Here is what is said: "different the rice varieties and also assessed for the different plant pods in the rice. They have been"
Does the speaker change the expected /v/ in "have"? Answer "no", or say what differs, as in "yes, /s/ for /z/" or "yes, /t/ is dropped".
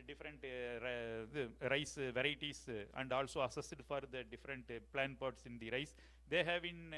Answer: no